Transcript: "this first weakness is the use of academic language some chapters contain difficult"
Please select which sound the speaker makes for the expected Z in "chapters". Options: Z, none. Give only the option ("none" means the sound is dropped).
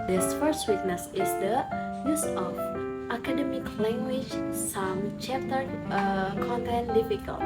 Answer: none